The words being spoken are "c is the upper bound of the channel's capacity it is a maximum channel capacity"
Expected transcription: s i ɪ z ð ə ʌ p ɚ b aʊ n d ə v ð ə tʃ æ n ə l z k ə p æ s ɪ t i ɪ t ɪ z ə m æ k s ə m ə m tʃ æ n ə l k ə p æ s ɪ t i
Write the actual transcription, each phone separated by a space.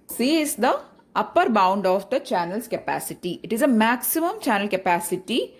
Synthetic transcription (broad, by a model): s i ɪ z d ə ʌ p ɚ b aʊ n d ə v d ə tʃ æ n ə l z k ə p æ s ɪ t i ɪ t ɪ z ə m æ k s ə m ə m tʃ æ n ə l k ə p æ s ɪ t i